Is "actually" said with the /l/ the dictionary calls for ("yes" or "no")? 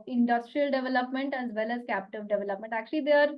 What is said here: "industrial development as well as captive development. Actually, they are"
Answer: yes